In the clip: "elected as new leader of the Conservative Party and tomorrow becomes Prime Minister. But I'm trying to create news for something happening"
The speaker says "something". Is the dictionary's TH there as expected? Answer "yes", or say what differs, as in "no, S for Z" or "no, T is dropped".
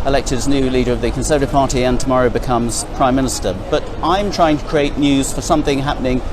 yes